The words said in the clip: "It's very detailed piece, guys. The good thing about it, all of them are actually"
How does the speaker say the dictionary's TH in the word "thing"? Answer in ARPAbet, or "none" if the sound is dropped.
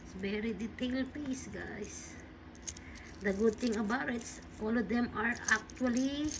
T